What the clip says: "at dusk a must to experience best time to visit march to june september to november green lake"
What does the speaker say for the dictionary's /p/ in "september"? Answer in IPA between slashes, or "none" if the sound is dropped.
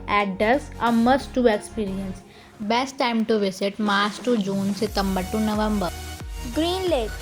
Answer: none